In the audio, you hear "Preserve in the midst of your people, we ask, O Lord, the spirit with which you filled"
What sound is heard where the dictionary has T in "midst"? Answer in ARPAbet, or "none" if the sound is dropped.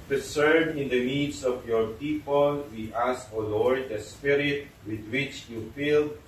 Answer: none